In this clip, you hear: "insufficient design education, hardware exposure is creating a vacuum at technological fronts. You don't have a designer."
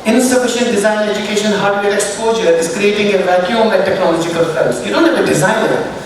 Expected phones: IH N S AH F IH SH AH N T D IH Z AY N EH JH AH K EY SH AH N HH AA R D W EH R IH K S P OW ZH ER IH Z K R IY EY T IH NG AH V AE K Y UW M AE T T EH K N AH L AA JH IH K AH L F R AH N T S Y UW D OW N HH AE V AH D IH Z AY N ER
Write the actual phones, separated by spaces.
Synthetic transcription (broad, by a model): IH N S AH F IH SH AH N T D IH Z AY N EH JH AH K EY SH AH N HH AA R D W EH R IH K S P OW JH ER IH Z K R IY EY T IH NG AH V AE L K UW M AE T T EH K N AH L AA JH IH K AH L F AH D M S Y UW D OW N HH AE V AH D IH Z AY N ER